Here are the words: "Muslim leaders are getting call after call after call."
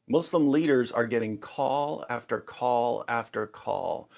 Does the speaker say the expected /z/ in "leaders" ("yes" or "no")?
yes